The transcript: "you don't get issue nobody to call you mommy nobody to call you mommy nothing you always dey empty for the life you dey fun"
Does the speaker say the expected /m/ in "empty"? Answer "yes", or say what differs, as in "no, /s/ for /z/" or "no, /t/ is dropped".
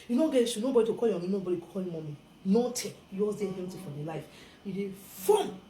no, /m/ is dropped